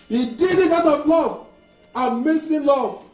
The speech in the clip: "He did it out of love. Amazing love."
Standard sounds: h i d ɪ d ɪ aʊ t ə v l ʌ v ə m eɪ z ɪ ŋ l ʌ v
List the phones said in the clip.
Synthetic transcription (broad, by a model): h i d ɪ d ɪ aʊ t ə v l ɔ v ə m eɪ s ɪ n l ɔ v